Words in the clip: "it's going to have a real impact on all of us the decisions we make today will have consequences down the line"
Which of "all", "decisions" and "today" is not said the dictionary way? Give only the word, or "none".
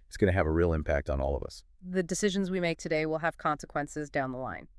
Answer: none